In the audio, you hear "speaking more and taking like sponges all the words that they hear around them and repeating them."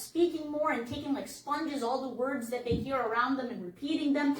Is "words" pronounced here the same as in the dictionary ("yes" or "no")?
yes